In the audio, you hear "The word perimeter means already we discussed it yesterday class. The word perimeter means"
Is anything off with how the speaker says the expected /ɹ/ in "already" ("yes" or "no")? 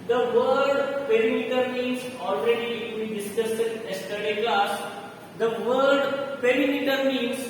no